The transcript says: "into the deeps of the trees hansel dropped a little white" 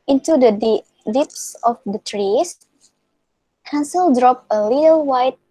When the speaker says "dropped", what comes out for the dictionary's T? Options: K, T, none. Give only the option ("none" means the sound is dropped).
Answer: none